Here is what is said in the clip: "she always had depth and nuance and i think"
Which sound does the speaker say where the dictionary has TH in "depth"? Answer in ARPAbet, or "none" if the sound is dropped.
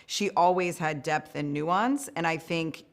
TH